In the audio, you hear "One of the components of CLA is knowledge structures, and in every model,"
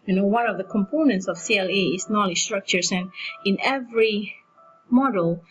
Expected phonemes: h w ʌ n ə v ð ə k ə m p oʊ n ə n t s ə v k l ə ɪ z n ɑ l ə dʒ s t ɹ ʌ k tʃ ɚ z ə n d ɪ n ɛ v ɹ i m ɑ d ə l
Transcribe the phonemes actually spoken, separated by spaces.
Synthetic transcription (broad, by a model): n w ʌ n ə v ð ə k ə m p oʊ n ə n t s ə v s l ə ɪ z n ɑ l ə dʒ s t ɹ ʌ k tʃ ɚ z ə n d ɪ n ɛ v ɹ i m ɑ d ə l